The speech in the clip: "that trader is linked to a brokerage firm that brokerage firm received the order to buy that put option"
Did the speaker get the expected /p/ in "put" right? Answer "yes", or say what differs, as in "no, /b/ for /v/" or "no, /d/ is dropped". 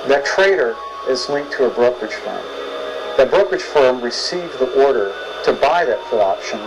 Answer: no, /f/ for /p/